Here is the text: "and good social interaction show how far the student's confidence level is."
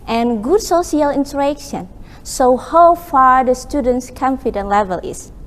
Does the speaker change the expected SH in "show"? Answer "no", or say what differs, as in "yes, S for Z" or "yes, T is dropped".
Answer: yes, S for SH